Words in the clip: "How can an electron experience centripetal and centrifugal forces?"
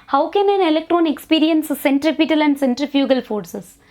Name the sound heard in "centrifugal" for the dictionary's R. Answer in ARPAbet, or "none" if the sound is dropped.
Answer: R